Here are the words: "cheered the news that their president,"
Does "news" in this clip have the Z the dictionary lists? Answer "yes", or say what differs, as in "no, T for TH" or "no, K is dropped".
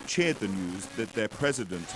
yes